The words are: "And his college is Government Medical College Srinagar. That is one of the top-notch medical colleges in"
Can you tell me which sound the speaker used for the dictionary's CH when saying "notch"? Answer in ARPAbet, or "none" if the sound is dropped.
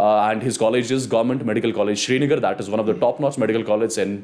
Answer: S